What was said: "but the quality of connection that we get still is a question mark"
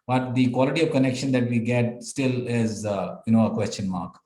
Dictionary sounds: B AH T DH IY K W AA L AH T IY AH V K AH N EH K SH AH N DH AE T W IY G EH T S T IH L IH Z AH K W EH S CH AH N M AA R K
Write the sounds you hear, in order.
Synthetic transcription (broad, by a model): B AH T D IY K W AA L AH T IY AH V K AH N EH K SH AH N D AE T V IY G EH T S T IH L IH Z AH K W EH S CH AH N M AA R K